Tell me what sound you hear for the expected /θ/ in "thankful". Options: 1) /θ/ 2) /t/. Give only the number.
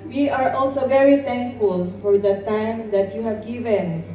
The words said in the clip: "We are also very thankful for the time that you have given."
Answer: 2